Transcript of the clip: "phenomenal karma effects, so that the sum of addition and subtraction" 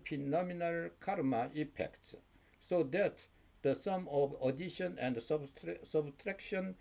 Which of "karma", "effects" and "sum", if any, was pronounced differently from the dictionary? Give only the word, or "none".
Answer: effects